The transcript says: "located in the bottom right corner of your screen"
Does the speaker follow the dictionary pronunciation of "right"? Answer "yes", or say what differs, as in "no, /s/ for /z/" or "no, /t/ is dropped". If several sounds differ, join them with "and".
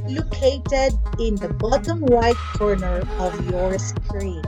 no, /w/ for /ɹ/